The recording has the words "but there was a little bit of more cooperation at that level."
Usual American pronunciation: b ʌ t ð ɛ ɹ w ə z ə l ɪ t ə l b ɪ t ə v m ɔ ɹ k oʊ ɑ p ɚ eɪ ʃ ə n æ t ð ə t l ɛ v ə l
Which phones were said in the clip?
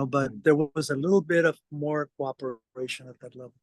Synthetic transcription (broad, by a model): b ʌ t ð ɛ ɹ w ə z ə l ɪ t l b ɪ t ə v m ɔ ɹ k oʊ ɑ p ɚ eɪ ʃ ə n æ t ð ə t l ɛ v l